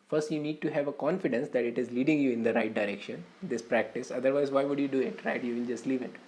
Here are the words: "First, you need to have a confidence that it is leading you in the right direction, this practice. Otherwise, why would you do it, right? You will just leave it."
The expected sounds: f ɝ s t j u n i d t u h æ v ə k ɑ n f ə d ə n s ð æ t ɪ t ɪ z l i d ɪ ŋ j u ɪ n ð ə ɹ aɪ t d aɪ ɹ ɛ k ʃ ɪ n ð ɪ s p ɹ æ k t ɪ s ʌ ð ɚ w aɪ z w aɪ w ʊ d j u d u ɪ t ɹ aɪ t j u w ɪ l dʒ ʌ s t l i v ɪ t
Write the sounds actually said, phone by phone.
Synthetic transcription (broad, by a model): f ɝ s t j u n i d t u h æ v ə k ɑ n f ə d ə n s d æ t ɪ t ɪ z l i d ɪ ŋ j u ɪ n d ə ɹ aɪ t d aɪ ɹ ɛ k ʃ ɪ n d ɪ s p ɹ æ k t ɪ s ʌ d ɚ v aɪ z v aɪ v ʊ d j u d u ɪ t ɹ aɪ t j u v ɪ n dʒ ʌ s t l i v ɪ t